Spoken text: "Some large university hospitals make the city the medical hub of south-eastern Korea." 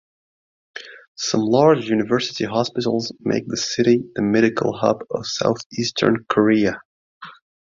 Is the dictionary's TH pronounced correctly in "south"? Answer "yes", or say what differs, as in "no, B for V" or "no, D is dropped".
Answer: yes